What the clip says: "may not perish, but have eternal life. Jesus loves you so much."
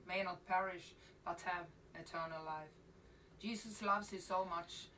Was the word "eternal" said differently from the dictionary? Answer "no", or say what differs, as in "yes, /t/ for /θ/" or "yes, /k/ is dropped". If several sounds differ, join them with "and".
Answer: no